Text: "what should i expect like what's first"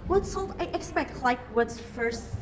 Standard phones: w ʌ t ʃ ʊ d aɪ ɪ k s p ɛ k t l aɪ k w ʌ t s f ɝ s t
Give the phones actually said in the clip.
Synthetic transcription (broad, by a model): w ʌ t s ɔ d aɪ ɪ k s p ɛ k t l aɪ k w ʌ t s f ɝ s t